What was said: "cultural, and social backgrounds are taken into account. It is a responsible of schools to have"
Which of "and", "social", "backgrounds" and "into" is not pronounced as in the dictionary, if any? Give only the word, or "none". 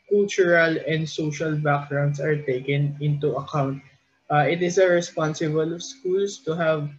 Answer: backgrounds